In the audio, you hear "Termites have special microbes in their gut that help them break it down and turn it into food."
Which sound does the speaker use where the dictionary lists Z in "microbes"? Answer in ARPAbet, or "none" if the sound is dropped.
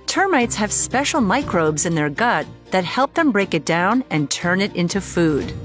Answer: Z